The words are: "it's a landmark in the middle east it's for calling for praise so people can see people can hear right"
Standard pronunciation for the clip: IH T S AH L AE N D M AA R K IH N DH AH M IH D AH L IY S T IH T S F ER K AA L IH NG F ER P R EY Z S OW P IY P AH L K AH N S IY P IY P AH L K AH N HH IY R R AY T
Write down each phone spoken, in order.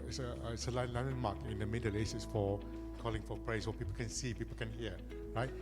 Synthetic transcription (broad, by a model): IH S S AH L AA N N M AA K IH N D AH M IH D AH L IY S IH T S F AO K AA L IH NG F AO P R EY S OW P IY P AH L K AH N S IY P IY P AH L K AH N HH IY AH R AY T